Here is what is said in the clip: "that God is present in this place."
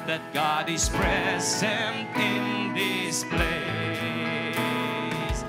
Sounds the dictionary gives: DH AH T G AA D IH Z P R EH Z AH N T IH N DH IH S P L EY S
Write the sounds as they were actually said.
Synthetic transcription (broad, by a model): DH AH T G AA D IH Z P R EH Z AH N T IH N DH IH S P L EY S